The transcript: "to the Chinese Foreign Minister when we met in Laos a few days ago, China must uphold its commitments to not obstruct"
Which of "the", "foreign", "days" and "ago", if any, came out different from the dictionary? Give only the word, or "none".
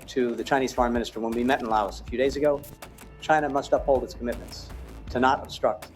none